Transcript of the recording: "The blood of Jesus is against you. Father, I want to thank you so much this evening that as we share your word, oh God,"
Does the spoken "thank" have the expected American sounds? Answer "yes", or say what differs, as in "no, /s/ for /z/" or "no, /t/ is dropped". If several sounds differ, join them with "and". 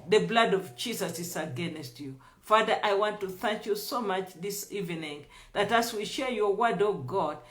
yes